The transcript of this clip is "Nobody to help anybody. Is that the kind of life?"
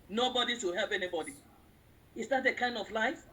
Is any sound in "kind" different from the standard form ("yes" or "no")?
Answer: no